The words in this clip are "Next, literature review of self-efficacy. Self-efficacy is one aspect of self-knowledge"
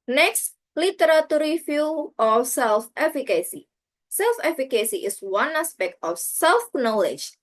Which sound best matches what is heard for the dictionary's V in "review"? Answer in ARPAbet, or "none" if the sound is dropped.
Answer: F